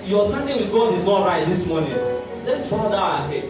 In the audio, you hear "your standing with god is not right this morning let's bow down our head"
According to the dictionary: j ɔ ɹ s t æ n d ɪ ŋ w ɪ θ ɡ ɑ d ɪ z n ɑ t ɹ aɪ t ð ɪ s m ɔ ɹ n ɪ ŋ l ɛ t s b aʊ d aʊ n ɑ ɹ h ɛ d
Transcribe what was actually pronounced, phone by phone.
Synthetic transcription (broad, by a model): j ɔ s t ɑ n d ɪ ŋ w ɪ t ɡ ɑ d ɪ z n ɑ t ɹ aɪ t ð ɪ s m ɔ n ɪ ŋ l ɛ t s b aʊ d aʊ ɑ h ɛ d